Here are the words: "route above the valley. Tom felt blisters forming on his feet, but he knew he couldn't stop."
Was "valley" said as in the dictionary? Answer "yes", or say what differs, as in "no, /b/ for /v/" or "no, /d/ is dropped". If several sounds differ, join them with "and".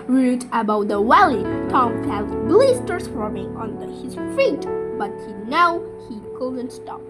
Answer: no, /w/ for /v/